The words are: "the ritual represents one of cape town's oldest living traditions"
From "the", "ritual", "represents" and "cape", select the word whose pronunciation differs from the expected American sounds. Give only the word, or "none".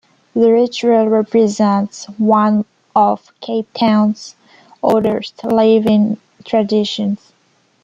none